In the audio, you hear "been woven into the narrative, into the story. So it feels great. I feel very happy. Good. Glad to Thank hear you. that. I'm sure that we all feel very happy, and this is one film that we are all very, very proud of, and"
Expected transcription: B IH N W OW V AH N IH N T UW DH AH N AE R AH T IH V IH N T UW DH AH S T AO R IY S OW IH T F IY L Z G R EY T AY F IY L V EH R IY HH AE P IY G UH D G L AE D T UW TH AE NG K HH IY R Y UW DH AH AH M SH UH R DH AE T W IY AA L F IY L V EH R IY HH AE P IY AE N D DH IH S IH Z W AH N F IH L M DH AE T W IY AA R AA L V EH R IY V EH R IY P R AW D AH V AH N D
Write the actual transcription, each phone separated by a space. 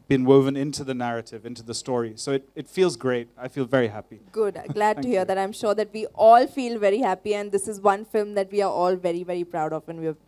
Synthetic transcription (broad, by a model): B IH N W OW V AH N IH N T UW DH AH N AE R AH T IH V IH N T UW DH AH S T AO R IY S OW IH T F IY L Z G R EY T AY F IY L V EH R IY HH AE P IY G UH D G L AE D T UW HH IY R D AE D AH AH M SH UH R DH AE T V IY AA L F IY L V EH R IY HH AE P IY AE N D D IH S IH Z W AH N F IH L M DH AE T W IY AA R AA L V EH R IY V EH R IY P R AW D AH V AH N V